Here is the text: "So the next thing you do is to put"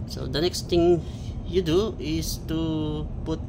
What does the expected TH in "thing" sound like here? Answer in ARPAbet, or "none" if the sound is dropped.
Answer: T